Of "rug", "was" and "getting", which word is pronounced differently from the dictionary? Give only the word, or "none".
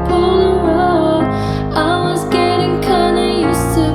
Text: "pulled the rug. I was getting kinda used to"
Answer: rug